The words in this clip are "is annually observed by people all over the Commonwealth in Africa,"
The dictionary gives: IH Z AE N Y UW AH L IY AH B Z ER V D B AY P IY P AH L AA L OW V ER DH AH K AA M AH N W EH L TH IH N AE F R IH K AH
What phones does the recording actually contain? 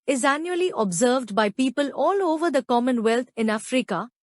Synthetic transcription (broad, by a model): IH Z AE N Y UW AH L IY AH B Z ER V D B AY P IY P AH L AA L OW V ER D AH K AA M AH N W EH L T IH N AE F R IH K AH